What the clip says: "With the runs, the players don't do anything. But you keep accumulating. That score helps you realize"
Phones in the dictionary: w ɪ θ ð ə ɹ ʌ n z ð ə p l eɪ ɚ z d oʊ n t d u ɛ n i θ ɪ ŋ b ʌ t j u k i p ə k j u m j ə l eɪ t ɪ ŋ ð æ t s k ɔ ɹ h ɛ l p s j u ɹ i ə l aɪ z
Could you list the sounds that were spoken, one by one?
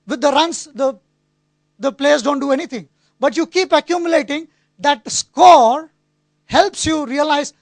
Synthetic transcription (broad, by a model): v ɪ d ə ɹ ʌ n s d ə p l eɪ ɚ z d oʊ n t d u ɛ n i t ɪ ŋ b ʌ t j u k i p ə k j u m j ə l eɪ t ɪ ŋ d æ t s k ɔ ɹ h ɛ l p s j u ɹ i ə l aɪ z